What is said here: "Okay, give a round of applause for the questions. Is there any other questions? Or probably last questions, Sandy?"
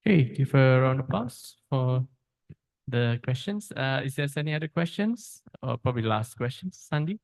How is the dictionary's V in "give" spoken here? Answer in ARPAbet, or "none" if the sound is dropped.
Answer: F